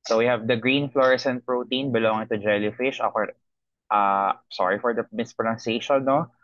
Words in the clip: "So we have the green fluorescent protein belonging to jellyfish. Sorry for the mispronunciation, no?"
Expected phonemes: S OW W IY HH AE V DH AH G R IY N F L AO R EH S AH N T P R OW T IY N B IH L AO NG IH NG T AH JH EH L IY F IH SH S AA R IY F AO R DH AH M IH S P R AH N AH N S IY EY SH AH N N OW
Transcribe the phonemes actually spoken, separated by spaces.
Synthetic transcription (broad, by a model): S OW W IY HH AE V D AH G R IY N F L AO R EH S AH N P R OW T IY N B IH L AO NG IH NG T AH JH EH L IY F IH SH S AA R IY F AO R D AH M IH S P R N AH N S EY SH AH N N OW